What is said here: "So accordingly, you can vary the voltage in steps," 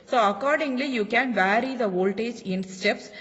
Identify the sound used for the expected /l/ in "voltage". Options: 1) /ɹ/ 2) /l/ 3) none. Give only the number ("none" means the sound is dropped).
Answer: 2